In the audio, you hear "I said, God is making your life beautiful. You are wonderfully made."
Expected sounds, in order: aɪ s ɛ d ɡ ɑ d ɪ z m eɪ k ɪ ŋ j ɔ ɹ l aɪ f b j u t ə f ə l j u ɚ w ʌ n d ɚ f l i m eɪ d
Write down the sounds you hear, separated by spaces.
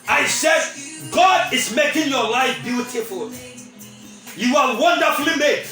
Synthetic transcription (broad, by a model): aɪ s ɛ d ɡ ɑ d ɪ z m eɪ k ɪ ŋ j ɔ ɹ l aɪ f b j u t ə f ə l j u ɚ w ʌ n d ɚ f l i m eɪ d